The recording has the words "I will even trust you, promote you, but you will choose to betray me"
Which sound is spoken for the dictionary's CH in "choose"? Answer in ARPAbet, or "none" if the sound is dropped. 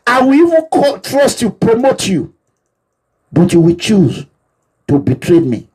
CH